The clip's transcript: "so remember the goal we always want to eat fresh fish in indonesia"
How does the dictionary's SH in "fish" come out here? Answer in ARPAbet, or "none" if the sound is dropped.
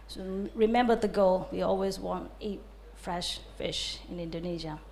SH